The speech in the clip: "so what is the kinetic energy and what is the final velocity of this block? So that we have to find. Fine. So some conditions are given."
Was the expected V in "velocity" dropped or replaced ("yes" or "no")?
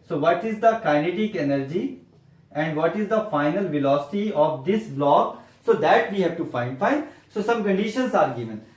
no